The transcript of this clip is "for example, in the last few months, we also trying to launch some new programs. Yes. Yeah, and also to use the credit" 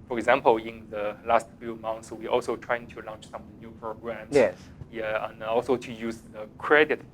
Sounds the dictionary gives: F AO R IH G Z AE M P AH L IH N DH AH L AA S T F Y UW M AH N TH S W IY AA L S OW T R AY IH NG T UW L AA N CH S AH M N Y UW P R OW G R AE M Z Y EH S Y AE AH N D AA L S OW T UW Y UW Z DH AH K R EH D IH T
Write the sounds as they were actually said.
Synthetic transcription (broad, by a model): F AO R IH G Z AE M P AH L IH N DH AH L AA S T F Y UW M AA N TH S W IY AA L S OW T R AY IH NG T UW L AA N CH S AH M N Y UW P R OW G R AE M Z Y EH Y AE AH N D AA L S OW T UW Y UW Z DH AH K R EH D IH T